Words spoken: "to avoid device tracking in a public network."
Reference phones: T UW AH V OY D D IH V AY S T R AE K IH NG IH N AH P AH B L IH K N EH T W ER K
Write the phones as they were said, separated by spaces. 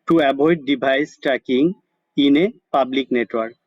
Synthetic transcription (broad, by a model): T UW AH B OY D D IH B AY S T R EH K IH NG IH N AH P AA B L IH K N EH T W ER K